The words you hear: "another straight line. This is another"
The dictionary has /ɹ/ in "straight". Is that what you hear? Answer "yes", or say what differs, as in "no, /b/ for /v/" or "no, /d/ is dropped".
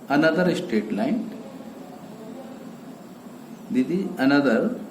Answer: no, /ɹ/ is dropped